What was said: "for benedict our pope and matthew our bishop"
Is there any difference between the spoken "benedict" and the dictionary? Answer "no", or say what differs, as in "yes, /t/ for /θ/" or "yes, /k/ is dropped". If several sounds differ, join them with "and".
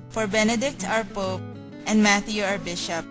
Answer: no